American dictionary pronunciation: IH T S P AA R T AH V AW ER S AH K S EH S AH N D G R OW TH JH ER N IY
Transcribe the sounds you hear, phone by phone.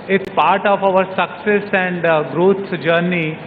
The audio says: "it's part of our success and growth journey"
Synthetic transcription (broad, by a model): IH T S P AA R T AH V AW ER S AH K S EH S AH N D G R OW S JH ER N IY